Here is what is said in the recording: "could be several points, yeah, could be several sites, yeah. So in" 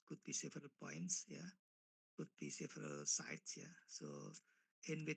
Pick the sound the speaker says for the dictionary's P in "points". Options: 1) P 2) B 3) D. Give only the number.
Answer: 1